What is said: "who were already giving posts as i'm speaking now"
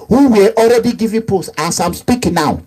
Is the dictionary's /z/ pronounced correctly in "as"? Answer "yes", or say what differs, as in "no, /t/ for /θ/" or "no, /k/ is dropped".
no, /s/ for /z/